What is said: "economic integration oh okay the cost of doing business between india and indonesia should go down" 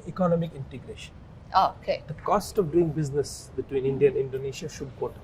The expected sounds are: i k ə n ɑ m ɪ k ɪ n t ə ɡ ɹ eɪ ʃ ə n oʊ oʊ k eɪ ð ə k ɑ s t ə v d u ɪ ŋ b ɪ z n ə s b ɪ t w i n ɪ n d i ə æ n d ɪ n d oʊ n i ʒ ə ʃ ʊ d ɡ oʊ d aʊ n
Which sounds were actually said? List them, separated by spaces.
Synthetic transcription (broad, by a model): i k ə n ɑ m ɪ k ɪ n t ə ɡ ɹ eɪ ʃ ə n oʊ oʊ k eɪ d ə k ɑ s t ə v d u ɪ ŋ b ɪ z n ə s b ɪ t w i n ɪ n d i ə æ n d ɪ n d oʊ n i ʃ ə ʃ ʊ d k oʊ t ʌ